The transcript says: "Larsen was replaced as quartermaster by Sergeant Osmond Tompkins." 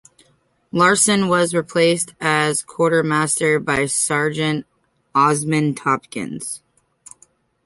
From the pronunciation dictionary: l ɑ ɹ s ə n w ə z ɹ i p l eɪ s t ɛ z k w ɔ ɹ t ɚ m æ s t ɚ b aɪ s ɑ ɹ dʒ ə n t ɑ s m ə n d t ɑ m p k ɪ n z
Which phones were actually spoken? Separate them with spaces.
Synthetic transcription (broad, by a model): l ɑ ɹ s ə n w ə z ɹ i p l eɪ s t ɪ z k w ɔ ɹ t ɚ m æ s t ɚ b aɪ s ɑ ɹ dʒ ə n t ɑ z m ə n t ɑ p k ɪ n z